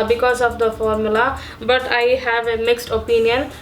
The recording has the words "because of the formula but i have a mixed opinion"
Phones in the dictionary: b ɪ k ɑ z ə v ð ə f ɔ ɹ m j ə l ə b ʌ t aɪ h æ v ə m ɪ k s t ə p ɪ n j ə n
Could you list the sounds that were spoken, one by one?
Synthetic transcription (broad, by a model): b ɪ k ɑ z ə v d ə f ɔ ɹ m j ə l ə b ʌ t aɪ h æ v ə m ɪ k s t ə p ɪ n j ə n